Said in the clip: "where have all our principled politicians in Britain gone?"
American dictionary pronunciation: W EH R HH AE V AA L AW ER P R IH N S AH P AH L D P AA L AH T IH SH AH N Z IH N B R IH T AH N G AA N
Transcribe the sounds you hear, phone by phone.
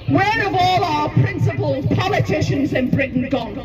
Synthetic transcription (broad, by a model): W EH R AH V AA L AW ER P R IH N S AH P AH L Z P AA L AH T IH SH AH N Z IH N B R IH T N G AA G